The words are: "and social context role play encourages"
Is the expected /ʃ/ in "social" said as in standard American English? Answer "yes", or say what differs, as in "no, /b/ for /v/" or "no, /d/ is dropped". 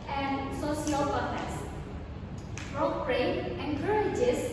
no, /s/ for /ʃ/